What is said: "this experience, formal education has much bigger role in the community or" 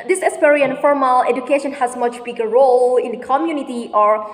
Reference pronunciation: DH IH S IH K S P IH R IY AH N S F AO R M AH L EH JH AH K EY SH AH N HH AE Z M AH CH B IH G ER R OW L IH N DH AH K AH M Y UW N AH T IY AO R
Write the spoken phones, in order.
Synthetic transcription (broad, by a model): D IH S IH S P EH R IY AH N F AO R M AH L EH JH AH K EY SH AH N HH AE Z M AH CH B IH G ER R OW L IH N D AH K AH M Y UW N AH T IY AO R